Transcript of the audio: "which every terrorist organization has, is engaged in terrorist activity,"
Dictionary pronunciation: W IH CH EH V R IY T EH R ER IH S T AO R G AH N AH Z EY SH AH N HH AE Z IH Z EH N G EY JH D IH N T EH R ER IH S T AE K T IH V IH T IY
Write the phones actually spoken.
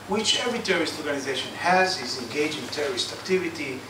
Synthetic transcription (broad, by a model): W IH CH EH V R IY T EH R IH S T AO R G AH N AH Z EY SH AH N HH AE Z IH Z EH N G EY JH IH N T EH R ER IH S T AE K T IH V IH T IY